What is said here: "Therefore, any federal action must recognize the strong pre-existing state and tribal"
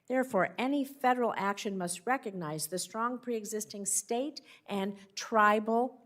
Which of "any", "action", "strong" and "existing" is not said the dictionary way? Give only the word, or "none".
none